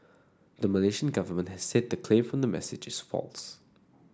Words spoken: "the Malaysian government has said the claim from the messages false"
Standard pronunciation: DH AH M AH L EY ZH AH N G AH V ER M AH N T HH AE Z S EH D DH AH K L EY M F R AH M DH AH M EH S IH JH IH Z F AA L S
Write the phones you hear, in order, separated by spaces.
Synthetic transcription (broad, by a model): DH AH M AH L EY SH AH N G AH V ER M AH N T HH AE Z S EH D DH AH K L EY M F R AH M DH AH M EH S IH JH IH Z F AA L S